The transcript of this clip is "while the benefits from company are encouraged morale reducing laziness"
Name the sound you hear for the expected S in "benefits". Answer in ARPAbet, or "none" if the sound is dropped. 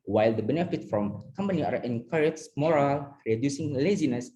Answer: none